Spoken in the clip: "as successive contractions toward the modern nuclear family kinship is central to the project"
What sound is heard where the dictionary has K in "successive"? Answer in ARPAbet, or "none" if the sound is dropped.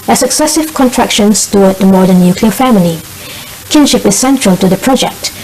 K